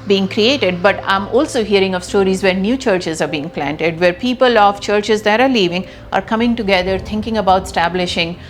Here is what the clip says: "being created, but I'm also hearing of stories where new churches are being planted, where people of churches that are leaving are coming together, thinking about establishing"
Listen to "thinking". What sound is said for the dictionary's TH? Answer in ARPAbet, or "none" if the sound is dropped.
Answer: T